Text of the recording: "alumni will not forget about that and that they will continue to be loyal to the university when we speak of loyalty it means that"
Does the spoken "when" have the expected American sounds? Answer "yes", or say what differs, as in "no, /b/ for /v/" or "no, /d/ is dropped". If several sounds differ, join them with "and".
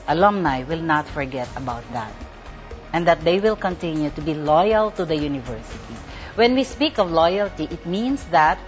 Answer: yes